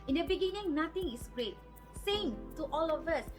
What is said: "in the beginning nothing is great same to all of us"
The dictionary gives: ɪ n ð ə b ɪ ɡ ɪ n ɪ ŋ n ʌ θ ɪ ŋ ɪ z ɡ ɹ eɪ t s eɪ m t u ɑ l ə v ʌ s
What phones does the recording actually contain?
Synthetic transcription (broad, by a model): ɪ n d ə b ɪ ɡ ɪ n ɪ ŋ n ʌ t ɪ ŋ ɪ s ɡ ɹ eɪ t s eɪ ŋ t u ɑ l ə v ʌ s